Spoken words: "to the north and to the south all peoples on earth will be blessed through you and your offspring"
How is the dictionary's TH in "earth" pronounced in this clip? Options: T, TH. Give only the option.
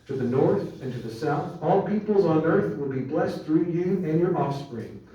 TH